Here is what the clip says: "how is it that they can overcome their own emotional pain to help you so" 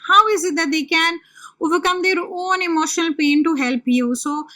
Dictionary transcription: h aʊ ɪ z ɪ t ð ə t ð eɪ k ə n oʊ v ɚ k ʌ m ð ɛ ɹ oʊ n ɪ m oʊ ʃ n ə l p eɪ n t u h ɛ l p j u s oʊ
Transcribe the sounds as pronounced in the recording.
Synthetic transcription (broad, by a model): h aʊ ɪ z ɪ t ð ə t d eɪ k ə n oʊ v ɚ k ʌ m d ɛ ɹ oʊ n ɪ m oʊ ʃ n ə l p eɪ n t u h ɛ l p j u s oʊ